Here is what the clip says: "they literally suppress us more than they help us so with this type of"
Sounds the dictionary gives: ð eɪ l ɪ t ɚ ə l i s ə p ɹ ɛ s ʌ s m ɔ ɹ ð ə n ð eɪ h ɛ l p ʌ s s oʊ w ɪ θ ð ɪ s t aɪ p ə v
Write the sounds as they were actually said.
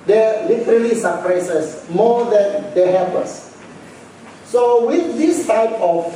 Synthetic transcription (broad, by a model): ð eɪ l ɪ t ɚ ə l i s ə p ɹ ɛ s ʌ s m ɔ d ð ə n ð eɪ h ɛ p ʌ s s oʊ w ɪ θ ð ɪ s t aɪ p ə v